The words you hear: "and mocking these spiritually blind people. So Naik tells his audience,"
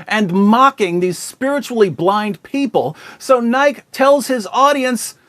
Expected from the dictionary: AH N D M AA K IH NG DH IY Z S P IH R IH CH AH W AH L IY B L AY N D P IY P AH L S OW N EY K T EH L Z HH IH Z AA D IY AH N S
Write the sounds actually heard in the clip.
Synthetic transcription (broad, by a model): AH N M AA K IH NG DH IY Z S P IH R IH CH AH L IY B L AY N D P IY P AH L S OW N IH K T EH L Z HH IH Z AA D IY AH N S